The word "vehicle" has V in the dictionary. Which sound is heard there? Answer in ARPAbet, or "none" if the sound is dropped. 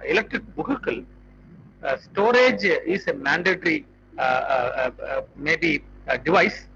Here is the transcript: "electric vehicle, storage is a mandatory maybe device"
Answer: B